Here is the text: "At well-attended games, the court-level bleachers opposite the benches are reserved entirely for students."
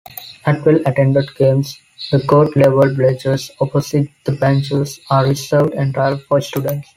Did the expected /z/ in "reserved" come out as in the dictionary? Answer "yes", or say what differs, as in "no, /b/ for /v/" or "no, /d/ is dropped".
no, /s/ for /z/